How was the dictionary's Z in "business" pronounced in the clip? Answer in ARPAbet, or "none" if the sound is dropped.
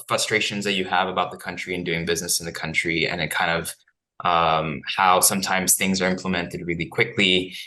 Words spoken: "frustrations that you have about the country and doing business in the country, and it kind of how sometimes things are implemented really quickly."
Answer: Z